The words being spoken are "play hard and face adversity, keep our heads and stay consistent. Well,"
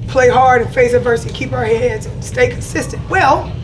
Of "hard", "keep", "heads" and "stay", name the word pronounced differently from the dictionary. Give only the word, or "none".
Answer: none